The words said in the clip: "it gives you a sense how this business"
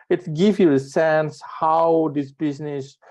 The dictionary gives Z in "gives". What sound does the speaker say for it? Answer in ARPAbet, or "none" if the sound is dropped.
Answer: none